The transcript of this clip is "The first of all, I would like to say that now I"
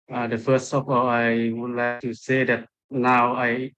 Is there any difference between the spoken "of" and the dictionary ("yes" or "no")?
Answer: yes